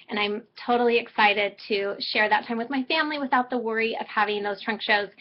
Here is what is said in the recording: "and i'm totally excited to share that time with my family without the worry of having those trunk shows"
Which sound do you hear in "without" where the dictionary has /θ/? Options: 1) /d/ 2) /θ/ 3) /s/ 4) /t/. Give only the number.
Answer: 2